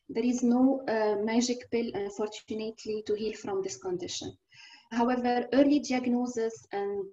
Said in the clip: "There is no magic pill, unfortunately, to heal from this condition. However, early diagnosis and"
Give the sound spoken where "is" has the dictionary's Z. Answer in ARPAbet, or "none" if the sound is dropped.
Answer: Z